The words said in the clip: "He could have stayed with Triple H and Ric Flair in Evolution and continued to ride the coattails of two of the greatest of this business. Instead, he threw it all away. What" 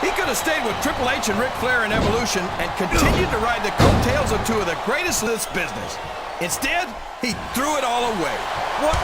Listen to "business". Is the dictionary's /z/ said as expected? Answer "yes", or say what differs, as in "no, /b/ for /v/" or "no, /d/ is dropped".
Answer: yes